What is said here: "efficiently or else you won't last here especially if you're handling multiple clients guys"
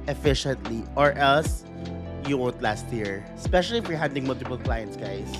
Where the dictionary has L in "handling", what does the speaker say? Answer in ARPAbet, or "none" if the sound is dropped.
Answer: none